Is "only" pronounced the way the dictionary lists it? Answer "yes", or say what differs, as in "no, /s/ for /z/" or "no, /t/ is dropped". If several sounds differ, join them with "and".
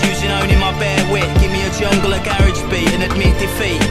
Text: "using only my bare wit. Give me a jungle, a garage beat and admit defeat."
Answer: no, /l/ is dropped